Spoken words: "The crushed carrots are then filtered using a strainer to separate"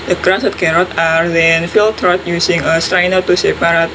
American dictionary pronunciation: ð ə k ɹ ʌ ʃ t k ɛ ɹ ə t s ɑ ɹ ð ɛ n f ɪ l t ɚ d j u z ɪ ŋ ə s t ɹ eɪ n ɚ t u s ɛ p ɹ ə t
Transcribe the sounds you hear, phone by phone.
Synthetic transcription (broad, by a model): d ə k ɹ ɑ s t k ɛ ɹ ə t ɑ ɹ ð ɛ n f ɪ l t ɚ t j u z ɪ ŋ ə s t ɹ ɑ n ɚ t u s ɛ p ɹ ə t